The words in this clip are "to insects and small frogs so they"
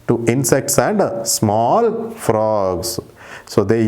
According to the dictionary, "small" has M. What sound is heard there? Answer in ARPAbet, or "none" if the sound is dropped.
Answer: M